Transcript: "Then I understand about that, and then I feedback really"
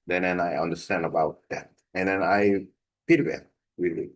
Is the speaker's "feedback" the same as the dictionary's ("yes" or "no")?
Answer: no